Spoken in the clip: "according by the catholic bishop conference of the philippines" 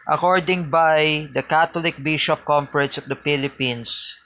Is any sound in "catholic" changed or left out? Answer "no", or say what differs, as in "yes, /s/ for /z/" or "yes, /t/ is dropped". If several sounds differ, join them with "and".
yes, /t/ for /θ/